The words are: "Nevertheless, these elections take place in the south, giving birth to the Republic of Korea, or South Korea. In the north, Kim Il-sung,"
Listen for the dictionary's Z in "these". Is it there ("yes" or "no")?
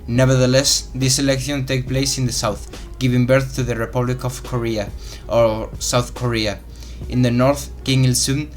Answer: no